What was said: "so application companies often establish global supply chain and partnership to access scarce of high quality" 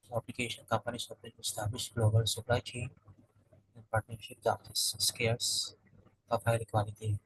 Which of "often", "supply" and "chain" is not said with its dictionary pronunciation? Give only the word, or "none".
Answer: often